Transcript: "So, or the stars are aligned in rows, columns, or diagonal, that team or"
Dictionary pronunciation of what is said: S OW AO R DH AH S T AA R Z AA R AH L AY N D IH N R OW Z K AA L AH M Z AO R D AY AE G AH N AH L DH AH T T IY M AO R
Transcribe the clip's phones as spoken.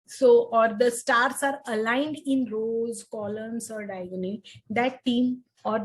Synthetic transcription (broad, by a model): S OW AO R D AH S T AA R S AA R AH L AY N D IH N R OW Z K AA L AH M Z AO R D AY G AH N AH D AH T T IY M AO R